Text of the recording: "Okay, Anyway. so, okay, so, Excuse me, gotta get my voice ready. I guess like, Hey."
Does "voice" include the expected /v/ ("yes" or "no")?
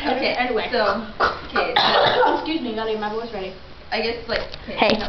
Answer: no